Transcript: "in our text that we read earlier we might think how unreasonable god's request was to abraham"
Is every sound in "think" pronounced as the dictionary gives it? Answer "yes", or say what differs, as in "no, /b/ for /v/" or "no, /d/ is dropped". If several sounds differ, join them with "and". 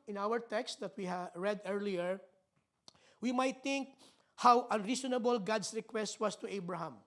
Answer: no, /t/ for /θ/